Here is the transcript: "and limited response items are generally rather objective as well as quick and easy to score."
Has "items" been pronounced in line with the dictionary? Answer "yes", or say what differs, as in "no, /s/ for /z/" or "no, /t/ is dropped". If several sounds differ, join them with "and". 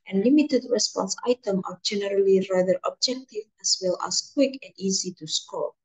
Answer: no, /z/ is dropped